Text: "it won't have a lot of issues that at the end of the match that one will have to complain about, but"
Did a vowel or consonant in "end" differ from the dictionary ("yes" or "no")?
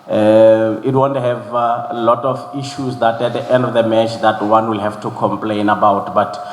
no